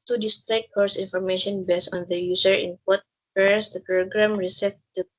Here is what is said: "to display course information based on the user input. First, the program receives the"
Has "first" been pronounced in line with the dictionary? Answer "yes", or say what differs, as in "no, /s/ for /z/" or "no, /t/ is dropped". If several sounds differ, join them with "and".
no, /p/ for /f/